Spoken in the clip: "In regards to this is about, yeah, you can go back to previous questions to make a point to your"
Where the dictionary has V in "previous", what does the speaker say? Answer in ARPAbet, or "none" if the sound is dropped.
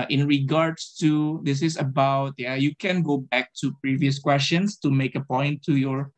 V